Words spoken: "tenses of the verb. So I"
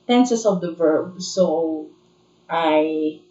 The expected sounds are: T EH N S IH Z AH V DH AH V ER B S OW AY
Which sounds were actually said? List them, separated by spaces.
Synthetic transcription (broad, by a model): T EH N S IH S AH V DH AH V ER B S OW AY